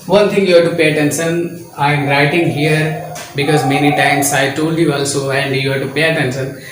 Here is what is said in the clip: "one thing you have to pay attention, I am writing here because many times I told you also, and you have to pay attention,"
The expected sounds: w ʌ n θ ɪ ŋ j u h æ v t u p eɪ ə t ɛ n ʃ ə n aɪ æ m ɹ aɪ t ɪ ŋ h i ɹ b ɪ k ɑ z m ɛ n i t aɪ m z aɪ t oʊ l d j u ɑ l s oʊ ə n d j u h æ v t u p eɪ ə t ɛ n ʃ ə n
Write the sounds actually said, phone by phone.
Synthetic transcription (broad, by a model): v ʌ n t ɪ ŋ j u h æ t u p eɪ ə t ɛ n s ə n aɪ m ɹ aɪ t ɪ ŋ h i ɹ b ɪ k ɑ z m ɛ n i t aɪ m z aɪ t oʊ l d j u ɑ l s oʊ ə n d j u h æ t u p eɪ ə t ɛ n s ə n